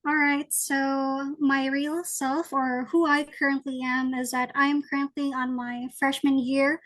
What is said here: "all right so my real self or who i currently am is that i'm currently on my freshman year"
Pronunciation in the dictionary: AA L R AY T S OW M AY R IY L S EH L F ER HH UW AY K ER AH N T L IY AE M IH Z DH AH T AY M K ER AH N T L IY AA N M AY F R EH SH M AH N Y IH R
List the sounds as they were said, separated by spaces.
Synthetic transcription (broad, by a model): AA L R AY T S OW M AY R IY L S EH L F ER HH UW AY K ER AH N T L IY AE M IH Z DH AH T AY M K ER AH N T L IY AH N M AY F R EH SH M AH N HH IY R